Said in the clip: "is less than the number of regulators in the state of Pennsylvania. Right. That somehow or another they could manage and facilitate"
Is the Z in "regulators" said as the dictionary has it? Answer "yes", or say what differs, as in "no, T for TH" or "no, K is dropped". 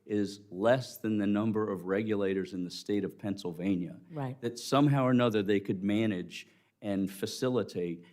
yes